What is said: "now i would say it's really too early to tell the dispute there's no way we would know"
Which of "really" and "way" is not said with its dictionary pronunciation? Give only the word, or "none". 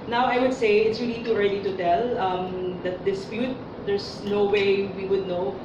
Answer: really